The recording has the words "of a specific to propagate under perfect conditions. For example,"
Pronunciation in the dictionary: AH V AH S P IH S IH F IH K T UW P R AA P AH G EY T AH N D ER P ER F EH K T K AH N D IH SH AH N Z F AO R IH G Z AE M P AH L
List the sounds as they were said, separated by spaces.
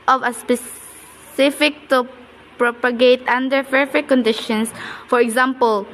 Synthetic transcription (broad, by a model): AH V AH S P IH S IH F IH K T UW P R AA P AH G EY T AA N D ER F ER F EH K K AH N D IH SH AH N S F AO R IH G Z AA M P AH L